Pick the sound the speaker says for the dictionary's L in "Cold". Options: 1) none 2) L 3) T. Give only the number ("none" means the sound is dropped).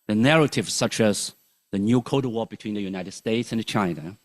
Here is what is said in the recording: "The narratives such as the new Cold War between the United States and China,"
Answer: 1